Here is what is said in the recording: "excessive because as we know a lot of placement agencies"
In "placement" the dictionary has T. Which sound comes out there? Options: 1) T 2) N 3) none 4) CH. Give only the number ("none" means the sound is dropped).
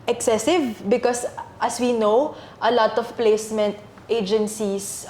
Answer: 1